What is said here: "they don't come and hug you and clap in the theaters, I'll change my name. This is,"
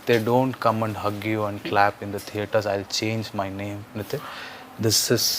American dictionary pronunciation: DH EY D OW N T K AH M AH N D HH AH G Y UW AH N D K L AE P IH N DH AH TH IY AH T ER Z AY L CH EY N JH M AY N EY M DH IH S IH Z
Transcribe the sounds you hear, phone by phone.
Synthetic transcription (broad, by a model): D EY D OW N T K AH M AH N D HH AH G Y UW AH N D K L AE P IH N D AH T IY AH T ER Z AY L CH EY N JH M AY N EY M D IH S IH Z